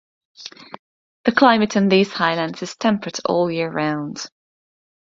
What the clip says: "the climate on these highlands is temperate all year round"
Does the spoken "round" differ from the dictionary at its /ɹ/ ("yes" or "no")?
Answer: no